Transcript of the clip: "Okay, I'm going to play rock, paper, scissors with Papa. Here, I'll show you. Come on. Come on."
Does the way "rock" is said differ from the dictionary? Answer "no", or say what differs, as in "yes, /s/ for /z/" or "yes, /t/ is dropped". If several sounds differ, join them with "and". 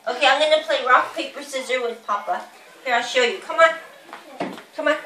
no